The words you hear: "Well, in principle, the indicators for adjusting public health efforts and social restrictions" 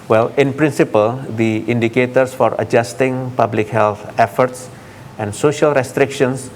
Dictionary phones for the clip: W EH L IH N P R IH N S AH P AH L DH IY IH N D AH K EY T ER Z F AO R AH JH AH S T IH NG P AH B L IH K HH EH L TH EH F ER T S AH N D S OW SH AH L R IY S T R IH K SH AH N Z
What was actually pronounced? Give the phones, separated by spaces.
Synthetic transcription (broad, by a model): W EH L IH N P R IH N S AH P AH L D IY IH N D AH K EY T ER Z F AO R AH JH AH S T IH NG P AH B L IH K HH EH L T EH F ER T S AH N D S OW SH AH L R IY S T R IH K SH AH N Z